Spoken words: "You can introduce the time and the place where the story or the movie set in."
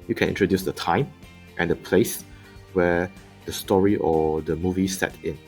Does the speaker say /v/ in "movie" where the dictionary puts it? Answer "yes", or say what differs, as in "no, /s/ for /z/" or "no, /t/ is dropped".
yes